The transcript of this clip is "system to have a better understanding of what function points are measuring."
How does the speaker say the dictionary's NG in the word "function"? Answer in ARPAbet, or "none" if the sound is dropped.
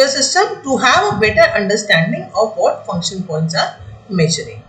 NG